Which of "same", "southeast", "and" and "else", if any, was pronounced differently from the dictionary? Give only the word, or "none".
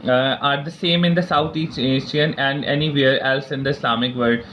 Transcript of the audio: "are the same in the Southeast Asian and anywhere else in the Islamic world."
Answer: southeast